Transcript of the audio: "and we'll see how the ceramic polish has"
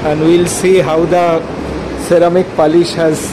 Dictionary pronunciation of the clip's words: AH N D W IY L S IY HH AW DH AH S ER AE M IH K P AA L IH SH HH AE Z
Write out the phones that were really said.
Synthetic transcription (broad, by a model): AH N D W IY L S IY HH AW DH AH S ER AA M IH K P AA L IH SH HH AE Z